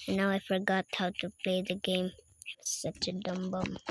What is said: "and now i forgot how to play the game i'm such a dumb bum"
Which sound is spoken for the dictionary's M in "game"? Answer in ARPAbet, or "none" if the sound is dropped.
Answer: none